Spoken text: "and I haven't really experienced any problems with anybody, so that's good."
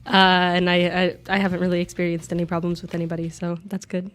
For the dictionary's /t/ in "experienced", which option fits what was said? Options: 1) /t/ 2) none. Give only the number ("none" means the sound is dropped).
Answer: 1